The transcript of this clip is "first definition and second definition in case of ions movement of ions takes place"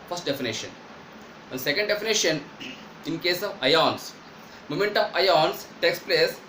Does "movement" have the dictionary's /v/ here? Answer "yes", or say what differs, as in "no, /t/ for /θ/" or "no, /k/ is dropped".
no, /v/ is dropped